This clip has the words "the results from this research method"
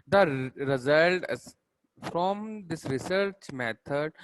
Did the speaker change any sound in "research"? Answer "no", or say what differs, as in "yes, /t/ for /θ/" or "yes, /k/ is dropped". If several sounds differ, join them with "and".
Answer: no